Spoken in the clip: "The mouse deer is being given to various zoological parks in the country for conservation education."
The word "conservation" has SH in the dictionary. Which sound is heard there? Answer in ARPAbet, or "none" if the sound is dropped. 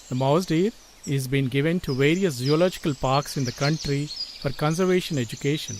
SH